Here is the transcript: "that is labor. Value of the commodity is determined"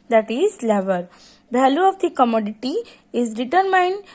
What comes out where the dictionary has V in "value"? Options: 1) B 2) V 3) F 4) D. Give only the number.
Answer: 1